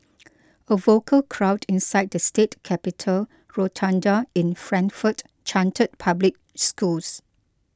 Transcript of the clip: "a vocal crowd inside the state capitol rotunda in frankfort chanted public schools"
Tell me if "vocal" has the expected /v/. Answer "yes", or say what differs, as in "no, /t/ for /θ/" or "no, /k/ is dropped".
yes